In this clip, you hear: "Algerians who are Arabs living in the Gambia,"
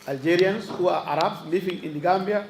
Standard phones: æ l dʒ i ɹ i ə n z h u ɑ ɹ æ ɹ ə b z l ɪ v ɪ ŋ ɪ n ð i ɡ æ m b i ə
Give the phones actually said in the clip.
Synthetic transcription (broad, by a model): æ l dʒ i ɹ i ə n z h u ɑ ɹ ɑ ɹ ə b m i f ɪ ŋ ɪ n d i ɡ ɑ m b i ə